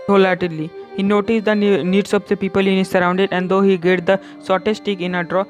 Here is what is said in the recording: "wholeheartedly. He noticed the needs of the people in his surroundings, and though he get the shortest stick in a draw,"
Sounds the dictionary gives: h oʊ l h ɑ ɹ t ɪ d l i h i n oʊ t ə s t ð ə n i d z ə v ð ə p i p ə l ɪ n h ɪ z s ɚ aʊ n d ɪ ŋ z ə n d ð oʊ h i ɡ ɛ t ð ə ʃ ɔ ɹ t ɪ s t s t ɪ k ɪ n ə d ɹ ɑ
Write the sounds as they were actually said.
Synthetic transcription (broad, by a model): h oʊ l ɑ t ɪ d l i h i n oʊ t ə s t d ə n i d s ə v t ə p i p ə l ɪ n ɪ s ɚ aʊ n d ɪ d ə n d oʊ h i ɡ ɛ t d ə s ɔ t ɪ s s t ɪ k ɪ n ə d ɹ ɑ